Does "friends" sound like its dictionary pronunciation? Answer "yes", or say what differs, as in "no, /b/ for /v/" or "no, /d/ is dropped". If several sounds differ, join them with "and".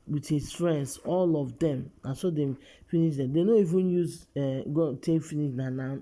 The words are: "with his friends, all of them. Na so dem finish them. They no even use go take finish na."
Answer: no, /s/ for /z/